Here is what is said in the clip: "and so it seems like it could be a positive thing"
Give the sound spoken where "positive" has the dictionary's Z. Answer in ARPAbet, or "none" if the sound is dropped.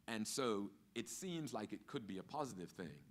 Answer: Z